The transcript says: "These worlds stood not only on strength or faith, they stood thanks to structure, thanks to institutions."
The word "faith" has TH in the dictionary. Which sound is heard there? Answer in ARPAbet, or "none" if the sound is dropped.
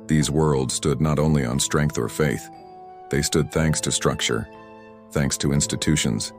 TH